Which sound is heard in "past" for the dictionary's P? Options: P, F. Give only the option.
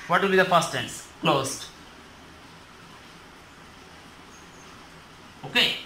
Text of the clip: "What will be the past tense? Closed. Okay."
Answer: F